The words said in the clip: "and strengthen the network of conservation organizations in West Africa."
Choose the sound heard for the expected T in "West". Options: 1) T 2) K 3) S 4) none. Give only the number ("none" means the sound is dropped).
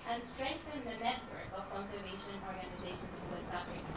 4